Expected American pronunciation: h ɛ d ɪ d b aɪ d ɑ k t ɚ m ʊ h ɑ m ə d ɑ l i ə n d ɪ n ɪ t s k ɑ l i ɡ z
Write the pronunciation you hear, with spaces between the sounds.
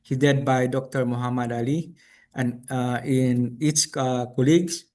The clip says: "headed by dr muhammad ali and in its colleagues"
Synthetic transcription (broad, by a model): h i d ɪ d b aɪ d ɑ k t ɚ m ʊ h ɑ m ə d ɑ l i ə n ɪ n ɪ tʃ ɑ k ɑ l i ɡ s